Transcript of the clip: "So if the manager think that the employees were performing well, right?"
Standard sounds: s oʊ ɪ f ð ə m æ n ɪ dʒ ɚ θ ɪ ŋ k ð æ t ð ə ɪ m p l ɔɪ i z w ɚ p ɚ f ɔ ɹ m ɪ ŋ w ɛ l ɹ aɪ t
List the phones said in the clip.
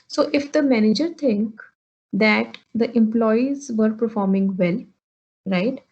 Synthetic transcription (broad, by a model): s oʊ ɪ f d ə m æ n ɪ dʒ ɚ t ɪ ŋ k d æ t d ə ɪ m p l ɔɪ i z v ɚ p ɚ f ɔ ɹ m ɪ ŋ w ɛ l ɹ aɪ t